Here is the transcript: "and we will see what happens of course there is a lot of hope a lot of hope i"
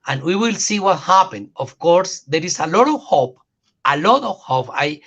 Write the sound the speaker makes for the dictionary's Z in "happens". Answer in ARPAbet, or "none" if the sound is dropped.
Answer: none